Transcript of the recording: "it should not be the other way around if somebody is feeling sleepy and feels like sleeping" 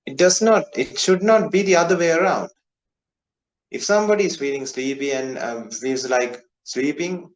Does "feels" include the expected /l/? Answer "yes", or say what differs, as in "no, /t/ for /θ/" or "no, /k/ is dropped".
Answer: no, /l/ is dropped